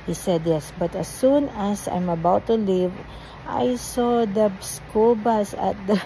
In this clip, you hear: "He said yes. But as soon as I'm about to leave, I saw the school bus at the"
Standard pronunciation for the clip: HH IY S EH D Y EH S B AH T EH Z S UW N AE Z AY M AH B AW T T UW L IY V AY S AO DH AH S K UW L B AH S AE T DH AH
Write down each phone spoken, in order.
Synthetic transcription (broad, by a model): HH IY S EH D Y EH S B AH T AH S UW N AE S AY M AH B AW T T UW L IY V AY S AO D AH S K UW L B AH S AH T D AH